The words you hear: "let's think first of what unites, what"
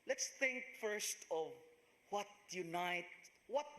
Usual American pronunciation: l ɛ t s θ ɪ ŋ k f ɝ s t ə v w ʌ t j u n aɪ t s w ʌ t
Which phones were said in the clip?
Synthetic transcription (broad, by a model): l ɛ t s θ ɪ ŋ k f ɝ s t ə v w ʌ t j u n aɪ t w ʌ t